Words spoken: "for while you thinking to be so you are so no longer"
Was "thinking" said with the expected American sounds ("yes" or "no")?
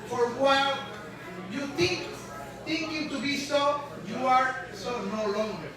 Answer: no